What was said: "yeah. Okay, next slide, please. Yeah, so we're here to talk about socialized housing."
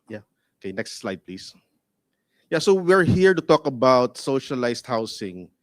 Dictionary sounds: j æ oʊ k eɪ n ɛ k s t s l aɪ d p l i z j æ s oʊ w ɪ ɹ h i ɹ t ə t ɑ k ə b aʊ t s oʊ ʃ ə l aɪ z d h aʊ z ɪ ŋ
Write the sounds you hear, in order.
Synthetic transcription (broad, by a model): j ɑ oʊ k eɪ n ɛ k s t s l aɪ d p l i s j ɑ s oʊ w ɪ ɹ h i ɹ t ə t ɑ k ə b aʊ t s oʊ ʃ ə l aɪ s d h aʊ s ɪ ŋ